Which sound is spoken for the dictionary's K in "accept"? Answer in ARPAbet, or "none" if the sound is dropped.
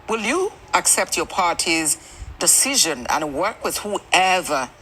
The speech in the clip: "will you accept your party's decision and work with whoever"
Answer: K